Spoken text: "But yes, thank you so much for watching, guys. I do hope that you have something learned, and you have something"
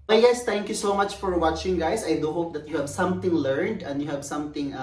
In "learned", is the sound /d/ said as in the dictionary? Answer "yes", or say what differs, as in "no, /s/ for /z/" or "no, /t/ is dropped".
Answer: yes